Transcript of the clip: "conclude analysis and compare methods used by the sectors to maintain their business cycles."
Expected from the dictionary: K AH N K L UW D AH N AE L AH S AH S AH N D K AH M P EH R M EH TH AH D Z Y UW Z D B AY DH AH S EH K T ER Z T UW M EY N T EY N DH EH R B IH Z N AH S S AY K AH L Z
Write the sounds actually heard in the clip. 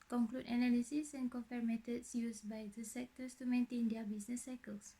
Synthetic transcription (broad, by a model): K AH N K L UW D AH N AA L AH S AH S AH N K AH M F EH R M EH T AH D S Y UW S B AY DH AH S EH K T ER S T UW M EY N T EY N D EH B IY S N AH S S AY K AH L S